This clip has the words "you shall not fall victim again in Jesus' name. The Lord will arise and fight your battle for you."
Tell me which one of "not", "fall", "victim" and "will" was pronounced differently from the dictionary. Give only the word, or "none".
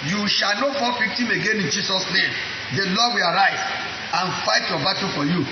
victim